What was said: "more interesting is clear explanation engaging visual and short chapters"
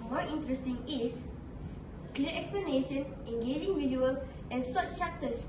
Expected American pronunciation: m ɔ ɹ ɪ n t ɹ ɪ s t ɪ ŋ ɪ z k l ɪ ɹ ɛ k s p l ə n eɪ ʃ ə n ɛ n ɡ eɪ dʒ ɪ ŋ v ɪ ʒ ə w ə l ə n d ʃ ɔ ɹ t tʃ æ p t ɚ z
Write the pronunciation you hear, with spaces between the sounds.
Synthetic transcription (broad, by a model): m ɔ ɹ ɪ n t ɹ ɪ s t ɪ ŋ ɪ s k l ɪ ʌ ɛ k s p l ə n eɪ ʃ ə n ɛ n ɡ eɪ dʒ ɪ ŋ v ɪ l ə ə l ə n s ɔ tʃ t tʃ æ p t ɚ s